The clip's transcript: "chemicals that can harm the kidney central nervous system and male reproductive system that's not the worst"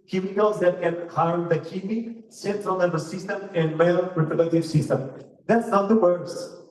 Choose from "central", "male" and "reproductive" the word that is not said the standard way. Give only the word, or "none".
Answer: reproductive